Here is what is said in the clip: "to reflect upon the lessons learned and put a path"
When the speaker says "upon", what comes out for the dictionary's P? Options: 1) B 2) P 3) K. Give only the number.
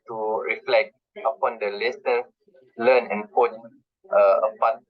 2